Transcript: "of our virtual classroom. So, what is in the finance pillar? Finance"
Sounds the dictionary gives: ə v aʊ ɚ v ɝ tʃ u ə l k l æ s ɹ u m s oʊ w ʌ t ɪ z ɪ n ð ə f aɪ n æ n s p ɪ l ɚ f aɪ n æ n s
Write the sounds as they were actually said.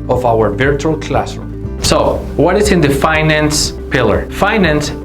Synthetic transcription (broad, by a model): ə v aʊ ɚ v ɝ tʃ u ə l k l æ s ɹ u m s oʊ w ʌ t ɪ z ɪ n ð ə f aɪ n æ n s p ɪ l ɚ f aɪ n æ n s